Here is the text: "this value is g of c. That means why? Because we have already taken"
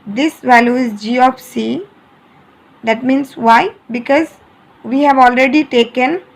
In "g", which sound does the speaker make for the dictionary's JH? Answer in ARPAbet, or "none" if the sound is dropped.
JH